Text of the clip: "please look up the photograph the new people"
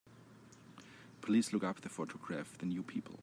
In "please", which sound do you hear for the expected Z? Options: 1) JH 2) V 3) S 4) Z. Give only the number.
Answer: 3